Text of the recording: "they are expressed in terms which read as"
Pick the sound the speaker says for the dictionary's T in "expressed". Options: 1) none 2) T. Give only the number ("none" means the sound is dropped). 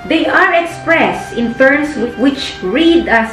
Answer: 2